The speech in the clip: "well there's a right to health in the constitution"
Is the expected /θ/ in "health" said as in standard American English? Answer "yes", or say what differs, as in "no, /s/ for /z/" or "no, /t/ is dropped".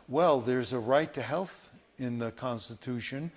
yes